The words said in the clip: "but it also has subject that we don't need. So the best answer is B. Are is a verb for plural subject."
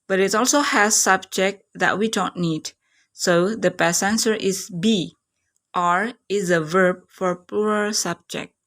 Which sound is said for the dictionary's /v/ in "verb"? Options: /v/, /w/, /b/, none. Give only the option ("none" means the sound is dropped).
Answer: /v/